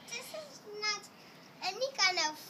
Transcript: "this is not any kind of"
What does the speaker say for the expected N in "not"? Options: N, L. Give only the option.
N